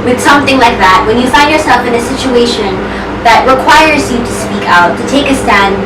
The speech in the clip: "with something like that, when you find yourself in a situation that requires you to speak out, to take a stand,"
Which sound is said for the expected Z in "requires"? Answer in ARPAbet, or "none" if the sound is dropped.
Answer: Z